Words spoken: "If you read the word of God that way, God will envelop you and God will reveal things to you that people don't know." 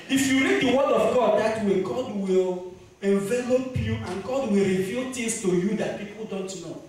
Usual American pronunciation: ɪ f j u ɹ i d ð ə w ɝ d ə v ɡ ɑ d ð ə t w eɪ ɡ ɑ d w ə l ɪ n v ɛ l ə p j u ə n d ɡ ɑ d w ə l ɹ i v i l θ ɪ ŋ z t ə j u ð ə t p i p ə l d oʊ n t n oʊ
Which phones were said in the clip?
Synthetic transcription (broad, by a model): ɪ f j u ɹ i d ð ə w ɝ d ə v ɡ ɑ d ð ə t w eɪ ɡ ɑ d w ə l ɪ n v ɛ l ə p j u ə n ɡ ɑ d w ə l ɹ i v i l t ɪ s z t ə j u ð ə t p i p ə l d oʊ n t n oʊ